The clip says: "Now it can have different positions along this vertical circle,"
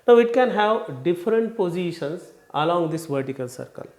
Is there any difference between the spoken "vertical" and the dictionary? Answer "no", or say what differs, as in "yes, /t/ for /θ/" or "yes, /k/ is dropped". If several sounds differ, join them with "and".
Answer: no